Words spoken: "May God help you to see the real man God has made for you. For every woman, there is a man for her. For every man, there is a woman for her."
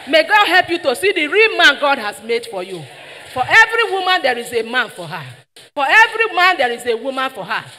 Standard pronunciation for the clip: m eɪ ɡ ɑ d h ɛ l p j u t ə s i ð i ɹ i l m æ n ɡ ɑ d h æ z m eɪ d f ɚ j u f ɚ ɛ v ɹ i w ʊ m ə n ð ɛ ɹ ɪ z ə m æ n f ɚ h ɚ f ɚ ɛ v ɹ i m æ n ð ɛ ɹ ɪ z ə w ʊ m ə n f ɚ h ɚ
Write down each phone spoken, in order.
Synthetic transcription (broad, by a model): m eɪ ɡ ɑ d h ɛ l p j u t ə s i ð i ɹ i l m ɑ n ɡ ɑ d h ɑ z m eɪ d f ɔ j u f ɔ ɛ v ɹ i w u m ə n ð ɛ ɹ ɪ z ə m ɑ n f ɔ h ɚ f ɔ ɛ v ɹ i m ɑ n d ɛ ɹ ɪ z ə w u m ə n f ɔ h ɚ